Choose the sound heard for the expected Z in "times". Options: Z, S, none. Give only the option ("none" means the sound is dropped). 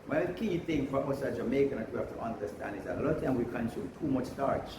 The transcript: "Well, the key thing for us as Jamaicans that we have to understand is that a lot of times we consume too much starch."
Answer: none